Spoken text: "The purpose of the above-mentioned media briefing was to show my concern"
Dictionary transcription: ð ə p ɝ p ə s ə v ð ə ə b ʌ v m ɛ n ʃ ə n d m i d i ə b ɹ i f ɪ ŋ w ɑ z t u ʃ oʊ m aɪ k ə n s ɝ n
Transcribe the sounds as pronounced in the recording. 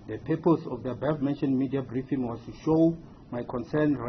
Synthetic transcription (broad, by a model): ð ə p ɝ p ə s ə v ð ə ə b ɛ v m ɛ n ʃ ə n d m i d i ə b ɹ i f ɪ ŋ w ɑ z t u ʃ oʊ m aɪ k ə n s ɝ n